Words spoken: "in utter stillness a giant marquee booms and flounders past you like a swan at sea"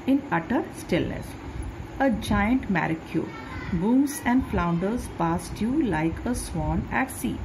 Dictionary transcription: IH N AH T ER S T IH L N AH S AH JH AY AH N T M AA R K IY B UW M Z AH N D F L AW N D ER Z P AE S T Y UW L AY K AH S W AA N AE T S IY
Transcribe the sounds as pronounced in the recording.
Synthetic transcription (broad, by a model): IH N AH T ER S T IH L N AH S AH JH AY AH N T M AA R K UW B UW M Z AH N D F L AW N D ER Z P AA S T Y UW L AY K AH S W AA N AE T S IY